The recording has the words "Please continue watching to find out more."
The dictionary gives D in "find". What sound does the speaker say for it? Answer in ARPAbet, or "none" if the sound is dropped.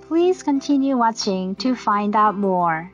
D